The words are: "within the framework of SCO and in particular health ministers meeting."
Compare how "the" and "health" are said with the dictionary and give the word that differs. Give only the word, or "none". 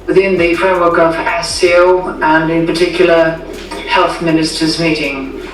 none